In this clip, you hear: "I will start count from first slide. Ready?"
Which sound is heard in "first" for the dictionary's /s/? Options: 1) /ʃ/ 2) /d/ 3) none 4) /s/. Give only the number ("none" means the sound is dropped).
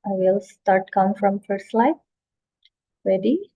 3